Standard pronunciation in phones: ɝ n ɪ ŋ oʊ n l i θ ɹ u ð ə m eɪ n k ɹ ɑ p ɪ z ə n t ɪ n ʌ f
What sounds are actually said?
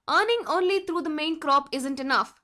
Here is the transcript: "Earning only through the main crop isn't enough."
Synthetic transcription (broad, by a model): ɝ n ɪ ŋ oʊ n l i t ɹ u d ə m eɪ n k ɹ ɑ p ɪ z ə n t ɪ n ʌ f